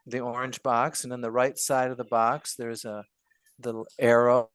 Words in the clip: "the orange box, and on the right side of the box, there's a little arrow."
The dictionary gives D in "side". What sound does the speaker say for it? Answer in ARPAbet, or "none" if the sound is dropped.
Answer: D